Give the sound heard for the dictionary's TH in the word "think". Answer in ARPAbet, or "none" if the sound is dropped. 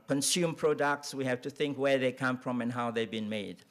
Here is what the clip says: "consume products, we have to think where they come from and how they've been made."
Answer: TH